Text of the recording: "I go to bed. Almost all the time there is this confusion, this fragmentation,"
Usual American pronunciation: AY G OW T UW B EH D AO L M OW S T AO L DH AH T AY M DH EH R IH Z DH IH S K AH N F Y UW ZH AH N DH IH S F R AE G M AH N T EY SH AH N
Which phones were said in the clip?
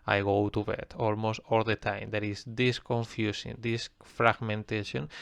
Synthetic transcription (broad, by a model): AY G OW T UW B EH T AO L M OW S T AO L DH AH T AY M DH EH R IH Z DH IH S K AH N F Y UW S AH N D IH S F R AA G M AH N T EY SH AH N